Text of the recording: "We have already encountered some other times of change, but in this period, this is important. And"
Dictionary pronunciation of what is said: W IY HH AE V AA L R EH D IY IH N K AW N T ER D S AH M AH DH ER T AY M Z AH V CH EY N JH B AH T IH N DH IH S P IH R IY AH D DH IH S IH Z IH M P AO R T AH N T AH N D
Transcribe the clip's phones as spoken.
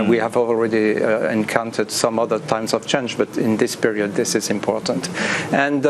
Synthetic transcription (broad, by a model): W IY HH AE V AA L R EH D IY IH N K AW N T ER D S AH M AH DH ER T AY M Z AH V CH EY N JH B AH T IH N DH IH S P IH R IY AH D DH IH S IH Z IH M P AO R T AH N T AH N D